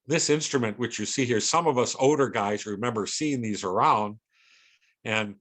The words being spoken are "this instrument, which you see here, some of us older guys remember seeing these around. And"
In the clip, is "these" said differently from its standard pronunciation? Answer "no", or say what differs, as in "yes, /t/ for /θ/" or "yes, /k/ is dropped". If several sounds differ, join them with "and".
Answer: no